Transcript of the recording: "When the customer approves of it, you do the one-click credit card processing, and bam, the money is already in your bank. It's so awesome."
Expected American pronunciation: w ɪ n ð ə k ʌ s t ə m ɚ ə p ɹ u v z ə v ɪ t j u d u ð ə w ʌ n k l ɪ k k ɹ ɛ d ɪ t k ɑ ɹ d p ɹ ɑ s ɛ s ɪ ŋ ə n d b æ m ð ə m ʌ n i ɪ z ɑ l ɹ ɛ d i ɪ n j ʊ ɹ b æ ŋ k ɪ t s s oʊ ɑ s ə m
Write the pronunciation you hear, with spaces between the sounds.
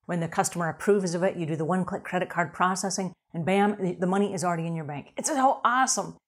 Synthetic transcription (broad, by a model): w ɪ n ð ə k ʌ s t ə m ɚ ə p ɹ u v z ə v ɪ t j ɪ d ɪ ð ə w ʌ n k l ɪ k k ɹ ɛ d ɪ t k ɑ ɹ d p ɹ ɑ s ɛ s ɪ ŋ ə n b æ m ð ə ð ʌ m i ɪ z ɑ l ɹ ɛ d i ɪ n j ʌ ɹ b æ ŋ k ɪ t s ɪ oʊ ɑ s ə m